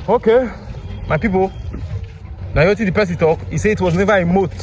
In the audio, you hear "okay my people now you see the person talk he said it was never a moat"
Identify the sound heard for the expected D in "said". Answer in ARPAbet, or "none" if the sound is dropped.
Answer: none